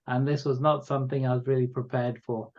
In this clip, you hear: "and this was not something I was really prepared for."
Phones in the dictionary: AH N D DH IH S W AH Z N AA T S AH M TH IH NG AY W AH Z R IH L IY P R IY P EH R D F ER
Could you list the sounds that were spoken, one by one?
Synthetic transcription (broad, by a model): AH N DH IH S W AH Z N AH T S AH M TH IH NG AY W AH Z R IH L IY P R IY P EH R D F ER